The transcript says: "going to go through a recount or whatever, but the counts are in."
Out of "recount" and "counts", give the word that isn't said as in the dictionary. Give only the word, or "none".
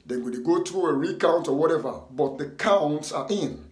none